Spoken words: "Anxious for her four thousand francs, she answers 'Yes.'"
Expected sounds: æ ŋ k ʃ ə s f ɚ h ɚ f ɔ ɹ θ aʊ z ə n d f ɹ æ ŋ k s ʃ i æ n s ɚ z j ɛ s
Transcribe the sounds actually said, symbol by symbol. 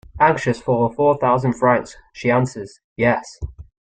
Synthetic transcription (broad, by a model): æ ŋ k ʃ ə s f ɚ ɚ f ɔ θ aʊ z ə n d f ɹ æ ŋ k s ʃ i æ n s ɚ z j ɛ s